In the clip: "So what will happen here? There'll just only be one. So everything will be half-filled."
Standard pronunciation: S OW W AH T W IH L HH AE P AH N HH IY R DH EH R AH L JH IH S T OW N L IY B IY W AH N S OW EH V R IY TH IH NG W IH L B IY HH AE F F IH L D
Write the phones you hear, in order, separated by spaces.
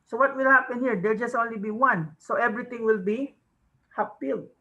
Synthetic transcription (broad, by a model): S OW W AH T W IH L HH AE P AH N HH IY R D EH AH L JH IH S T OW N L IY B IY W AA N S OW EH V R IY T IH NG W IH L B IY HH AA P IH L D